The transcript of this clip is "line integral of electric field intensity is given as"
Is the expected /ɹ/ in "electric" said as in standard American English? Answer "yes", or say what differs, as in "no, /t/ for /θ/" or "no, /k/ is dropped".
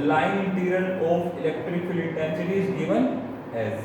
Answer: yes